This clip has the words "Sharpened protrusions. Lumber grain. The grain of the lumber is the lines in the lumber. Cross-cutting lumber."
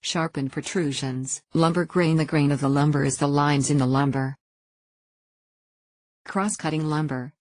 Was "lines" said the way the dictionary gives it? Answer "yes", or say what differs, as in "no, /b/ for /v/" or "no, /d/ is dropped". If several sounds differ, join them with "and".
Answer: yes